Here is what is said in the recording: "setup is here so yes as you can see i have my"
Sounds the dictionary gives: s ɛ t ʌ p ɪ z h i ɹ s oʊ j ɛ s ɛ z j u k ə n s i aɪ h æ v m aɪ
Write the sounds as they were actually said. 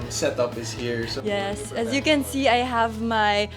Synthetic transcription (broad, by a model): s ɛ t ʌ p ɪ s h i ɹ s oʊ j ɛ s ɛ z j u k ə n s i aɪ h æ v m aɪ